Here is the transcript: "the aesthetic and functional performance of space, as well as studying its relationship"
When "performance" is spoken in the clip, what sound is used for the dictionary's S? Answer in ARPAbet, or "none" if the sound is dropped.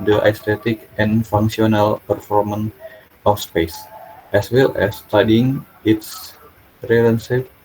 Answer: none